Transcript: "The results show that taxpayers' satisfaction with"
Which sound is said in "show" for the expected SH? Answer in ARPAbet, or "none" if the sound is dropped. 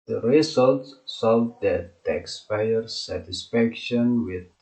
S